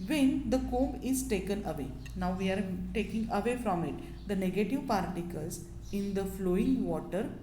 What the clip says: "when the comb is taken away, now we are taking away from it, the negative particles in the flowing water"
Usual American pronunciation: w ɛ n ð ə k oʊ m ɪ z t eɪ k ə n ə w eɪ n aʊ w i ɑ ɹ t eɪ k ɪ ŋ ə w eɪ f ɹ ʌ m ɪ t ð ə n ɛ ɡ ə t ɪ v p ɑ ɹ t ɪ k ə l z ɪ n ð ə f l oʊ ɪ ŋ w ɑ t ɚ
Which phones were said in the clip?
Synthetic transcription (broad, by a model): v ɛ n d ə k oʊ m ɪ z t eɪ k ə n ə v eɪ n aʊ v i ɑ ɹ t eɪ k ɪ ŋ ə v eɪ f ɹ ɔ m ɪ t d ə n ɛ ɡ ə t ɪ v p ɑ ɹ t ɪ k ə l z ɪ n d ə f l oʊ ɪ ŋ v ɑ t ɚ